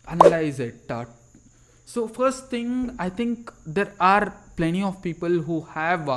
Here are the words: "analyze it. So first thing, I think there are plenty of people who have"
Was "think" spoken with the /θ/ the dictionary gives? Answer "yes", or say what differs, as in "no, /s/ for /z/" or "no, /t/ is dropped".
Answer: no, /t/ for /θ/